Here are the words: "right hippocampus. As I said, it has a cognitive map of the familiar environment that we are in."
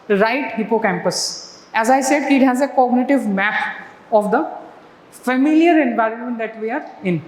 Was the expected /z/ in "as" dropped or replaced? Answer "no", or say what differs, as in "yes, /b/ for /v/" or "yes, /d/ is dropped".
no